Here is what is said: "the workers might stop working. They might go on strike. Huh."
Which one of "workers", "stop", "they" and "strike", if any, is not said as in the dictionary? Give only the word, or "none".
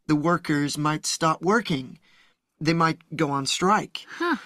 none